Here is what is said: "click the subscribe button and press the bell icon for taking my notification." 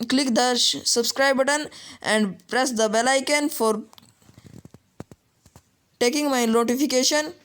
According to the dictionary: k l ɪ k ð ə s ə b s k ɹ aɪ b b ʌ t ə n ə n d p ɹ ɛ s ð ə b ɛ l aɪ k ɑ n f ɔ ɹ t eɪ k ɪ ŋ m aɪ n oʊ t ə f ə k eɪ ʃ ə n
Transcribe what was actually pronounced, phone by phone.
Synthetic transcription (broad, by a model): k l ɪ k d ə s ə b s k ɹ aɪ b b ʌ t ə n ə n d p ɹ ɛ s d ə b ɛ l aɪ k ɑ n f ɔ ɹ t eɪ k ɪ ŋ m aɪ n oʊ t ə f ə k eɪ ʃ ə n